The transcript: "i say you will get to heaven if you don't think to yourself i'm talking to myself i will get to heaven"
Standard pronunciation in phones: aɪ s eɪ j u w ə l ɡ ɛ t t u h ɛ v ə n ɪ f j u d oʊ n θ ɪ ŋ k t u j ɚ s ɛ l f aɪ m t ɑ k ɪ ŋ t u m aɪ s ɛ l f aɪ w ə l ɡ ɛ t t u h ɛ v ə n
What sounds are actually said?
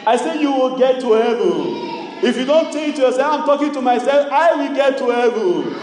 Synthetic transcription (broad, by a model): aɪ s eɪ j u w ə l ɡ ɛ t t u h ɛ v ə n ɪ f j u d oʊ n t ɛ k t u j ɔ s ɛ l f aɪ m t ɑ k ɪ ŋ t u m aɪ s ɛ l f aɪ w ə l ɡ ɛ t t u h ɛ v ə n